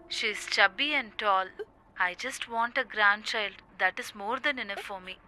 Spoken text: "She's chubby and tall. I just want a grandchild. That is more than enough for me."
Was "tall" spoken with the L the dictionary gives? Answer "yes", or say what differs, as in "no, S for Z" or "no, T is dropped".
yes